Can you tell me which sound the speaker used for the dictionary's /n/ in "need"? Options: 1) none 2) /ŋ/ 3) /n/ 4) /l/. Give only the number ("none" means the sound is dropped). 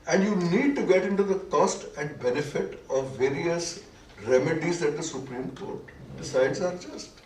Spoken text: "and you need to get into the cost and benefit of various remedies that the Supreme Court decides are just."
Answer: 3